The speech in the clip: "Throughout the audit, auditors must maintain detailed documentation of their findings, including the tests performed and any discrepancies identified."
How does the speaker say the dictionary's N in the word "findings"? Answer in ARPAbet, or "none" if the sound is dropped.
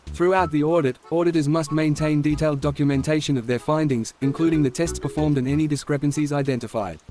N